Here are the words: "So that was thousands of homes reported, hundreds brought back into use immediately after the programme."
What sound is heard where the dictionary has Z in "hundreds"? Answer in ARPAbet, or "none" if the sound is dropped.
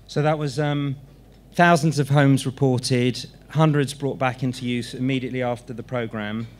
Z